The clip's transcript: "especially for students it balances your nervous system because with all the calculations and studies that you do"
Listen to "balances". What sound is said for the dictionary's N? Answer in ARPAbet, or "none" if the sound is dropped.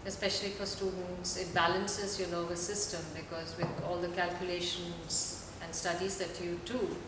N